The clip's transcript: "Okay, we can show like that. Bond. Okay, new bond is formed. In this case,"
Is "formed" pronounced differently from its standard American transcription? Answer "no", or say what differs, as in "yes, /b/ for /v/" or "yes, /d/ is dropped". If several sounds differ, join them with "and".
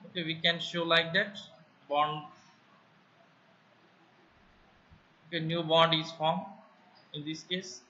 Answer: yes, /d/ is dropped